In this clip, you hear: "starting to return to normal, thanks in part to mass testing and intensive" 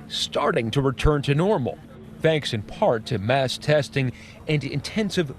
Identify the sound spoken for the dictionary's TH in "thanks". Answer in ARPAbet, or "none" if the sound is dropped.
TH